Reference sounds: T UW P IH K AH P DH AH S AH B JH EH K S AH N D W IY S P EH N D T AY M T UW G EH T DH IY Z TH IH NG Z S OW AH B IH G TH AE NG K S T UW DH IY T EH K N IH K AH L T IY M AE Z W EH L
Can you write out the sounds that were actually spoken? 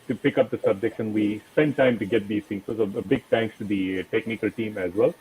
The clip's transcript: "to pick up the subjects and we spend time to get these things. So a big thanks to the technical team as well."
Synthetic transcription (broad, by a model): T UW P IH K AH P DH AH S AH B JH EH K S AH N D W IY S P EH N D T AY M T UW G EH T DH IY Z T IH NG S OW AH B IH G T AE NG K S T UW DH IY T EH K N IH K AH L T IY M AE Z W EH L